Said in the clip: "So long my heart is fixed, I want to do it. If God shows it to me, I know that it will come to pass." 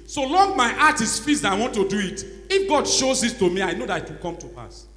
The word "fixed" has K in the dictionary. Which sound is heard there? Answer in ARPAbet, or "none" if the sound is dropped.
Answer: none